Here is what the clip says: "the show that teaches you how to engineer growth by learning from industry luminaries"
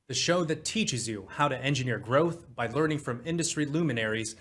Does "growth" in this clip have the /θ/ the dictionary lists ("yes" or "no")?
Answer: yes